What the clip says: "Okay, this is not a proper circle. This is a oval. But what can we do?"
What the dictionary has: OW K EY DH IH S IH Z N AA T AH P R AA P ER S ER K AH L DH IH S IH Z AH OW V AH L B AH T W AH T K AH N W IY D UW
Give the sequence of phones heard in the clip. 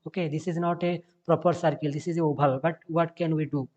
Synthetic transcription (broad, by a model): OW K EY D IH S IH Z N AA T AH P R AA P ER S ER K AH L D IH S IH Z AH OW B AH L B AH T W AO T K AH N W IY D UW